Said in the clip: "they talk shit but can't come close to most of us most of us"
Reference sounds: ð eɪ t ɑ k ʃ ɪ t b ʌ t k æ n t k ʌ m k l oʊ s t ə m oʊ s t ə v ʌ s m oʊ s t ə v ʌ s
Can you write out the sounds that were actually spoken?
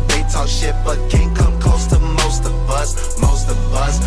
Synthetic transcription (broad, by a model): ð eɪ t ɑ ʃ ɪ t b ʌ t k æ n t k ʌ m k oʊ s t ə m oʊ s t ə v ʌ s m oʊ s t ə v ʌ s